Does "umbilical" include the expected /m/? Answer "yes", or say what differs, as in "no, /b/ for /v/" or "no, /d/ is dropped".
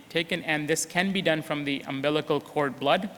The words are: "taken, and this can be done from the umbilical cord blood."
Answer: yes